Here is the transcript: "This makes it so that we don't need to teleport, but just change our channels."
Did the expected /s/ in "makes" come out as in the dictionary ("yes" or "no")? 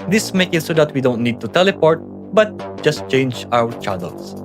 no